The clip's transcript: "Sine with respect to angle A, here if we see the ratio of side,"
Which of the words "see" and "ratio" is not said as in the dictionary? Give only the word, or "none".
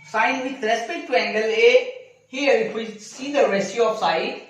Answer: ratio